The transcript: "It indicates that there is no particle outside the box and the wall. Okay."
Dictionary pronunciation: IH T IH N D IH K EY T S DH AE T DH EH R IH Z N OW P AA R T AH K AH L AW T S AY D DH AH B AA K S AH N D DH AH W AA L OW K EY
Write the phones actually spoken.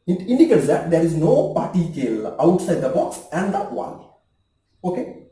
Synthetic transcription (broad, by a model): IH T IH N D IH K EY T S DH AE T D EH R IH Z N OW P AA R T AH K AH L AW T S AY D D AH B AA K S AH N D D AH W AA N OW K EY